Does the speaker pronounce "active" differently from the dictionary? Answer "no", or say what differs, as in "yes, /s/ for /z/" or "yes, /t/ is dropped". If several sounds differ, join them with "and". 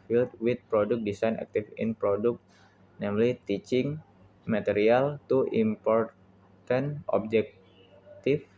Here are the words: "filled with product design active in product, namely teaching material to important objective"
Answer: yes, /f/ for /v/